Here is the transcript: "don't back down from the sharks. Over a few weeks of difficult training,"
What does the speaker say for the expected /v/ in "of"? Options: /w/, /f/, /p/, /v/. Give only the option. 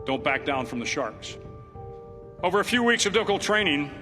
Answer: /v/